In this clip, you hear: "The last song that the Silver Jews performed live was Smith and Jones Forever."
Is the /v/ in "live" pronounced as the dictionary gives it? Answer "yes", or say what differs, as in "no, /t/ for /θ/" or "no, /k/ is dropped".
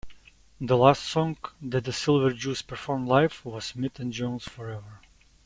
no, /f/ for /v/